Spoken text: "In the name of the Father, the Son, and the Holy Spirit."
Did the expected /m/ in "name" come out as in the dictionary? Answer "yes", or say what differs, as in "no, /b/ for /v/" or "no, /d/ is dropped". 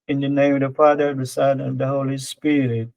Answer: no, /m/ is dropped